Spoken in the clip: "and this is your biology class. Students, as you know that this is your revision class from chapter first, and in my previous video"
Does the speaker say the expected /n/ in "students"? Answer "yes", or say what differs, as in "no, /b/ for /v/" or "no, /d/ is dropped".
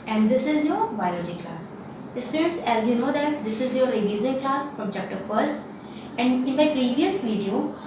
no, /n/ is dropped